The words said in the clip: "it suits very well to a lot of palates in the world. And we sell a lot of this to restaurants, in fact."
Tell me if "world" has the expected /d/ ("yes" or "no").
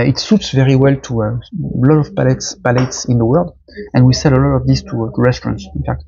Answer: yes